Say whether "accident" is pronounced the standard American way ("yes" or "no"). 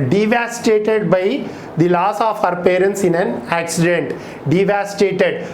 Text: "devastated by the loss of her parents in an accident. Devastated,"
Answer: yes